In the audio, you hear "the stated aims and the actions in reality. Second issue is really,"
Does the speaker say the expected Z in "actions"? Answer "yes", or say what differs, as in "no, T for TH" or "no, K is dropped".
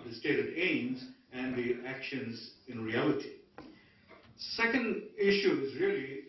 yes